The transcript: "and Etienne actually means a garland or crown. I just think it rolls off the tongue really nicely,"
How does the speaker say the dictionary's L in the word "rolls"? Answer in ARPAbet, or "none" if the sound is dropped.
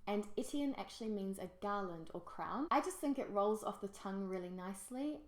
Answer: L